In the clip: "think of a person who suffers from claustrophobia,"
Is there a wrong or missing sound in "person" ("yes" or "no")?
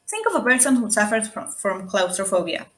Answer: yes